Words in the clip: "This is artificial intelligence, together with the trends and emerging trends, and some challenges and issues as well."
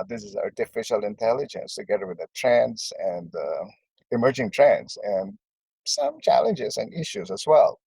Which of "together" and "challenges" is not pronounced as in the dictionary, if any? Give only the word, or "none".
none